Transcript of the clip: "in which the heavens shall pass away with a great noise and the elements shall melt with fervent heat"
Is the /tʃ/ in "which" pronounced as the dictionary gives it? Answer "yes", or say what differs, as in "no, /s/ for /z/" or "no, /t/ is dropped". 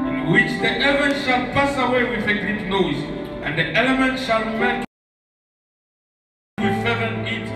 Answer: yes